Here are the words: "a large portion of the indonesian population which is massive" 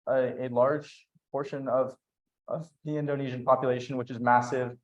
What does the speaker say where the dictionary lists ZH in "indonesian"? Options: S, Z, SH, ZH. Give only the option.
ZH